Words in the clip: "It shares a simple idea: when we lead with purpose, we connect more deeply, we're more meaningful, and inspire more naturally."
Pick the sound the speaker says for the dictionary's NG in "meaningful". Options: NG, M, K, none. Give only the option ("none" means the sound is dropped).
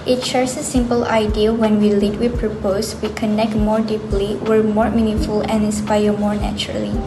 none